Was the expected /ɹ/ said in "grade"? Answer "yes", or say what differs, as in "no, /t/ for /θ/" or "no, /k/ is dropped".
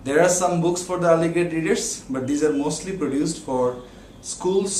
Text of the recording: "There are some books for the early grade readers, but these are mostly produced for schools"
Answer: no, /ɹ/ is dropped